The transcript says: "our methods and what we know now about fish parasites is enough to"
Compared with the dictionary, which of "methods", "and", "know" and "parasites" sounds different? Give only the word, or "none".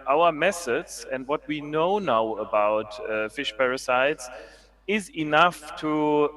methods